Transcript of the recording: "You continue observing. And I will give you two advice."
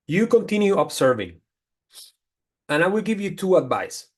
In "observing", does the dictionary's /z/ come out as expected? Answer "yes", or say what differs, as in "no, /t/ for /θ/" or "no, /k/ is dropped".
no, /s/ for /z/